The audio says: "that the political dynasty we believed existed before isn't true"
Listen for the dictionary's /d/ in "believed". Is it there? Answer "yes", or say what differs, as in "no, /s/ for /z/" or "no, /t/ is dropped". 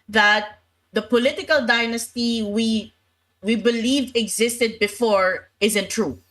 no, /d/ is dropped